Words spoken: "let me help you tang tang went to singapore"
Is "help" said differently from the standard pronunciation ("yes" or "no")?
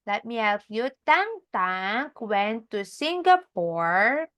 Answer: yes